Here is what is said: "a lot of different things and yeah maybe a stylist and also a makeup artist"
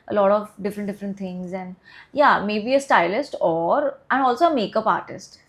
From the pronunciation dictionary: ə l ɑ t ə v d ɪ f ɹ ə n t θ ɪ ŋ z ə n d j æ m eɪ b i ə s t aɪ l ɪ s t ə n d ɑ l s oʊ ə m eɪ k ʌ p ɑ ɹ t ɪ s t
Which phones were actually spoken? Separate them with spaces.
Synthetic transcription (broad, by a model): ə l ɑ t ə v d ɪ f ɹ ə n t t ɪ ŋ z ə n d j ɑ m eɪ b i ə s t aɪ l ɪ s t ə n d ɑ l s oʊ ə m eɪ k ʌ p ɑ ɹ t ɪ s t